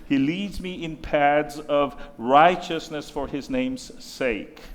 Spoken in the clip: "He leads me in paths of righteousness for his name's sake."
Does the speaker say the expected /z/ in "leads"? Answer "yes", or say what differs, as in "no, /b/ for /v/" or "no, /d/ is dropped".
yes